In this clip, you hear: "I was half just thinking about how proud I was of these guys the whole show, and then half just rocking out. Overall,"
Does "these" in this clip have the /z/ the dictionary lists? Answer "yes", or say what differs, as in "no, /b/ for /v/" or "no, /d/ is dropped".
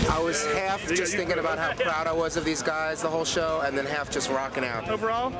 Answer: yes